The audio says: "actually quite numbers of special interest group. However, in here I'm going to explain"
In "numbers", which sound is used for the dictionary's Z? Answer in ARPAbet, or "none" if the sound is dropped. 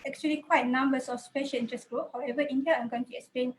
S